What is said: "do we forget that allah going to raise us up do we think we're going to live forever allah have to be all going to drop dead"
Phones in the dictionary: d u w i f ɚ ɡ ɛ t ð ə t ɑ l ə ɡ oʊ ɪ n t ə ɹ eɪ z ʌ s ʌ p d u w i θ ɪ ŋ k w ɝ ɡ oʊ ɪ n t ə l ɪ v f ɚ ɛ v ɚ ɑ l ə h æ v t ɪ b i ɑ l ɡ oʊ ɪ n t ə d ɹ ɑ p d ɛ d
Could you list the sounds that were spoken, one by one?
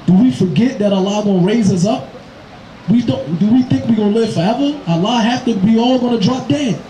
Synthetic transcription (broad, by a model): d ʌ w i f ɚ ɡ ɛ t ð ə t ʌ l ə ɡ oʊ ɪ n ɹ eɪ z ʌ s ʌ p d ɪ w i θ ɪ ŋ k w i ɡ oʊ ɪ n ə l ɪ v f ɚ ɛ v ɚ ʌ l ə h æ p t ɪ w i ɑ l ɡ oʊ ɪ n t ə d ɹ ɑ p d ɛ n